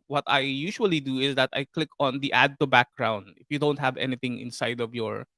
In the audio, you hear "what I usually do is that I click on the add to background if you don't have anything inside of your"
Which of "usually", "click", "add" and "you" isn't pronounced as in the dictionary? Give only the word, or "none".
usually